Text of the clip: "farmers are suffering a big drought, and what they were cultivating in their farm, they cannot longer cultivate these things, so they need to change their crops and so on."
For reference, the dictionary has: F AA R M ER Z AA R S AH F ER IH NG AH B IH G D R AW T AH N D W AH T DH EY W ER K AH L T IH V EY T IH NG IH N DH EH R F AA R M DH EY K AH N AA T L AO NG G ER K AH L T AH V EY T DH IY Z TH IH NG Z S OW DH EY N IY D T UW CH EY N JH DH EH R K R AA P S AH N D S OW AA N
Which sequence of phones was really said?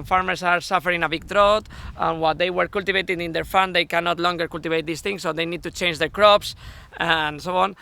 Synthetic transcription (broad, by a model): F AA R M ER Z AA R S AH F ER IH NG AH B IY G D R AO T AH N W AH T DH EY W ER K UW L T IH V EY T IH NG IH N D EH R F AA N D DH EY K AH N AA T L AO NG G ER K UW L T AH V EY T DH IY S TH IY NG S OW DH EY N IY D T UW CH EY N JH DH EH R K R AA P S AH N S OW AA N